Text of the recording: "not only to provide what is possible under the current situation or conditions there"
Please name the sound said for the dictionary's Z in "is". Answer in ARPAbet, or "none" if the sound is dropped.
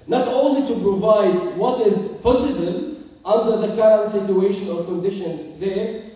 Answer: Z